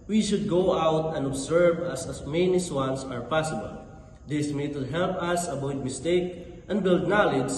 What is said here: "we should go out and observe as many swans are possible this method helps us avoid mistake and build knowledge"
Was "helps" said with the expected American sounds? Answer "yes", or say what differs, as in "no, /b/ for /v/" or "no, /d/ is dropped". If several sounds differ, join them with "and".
no, /s/ is dropped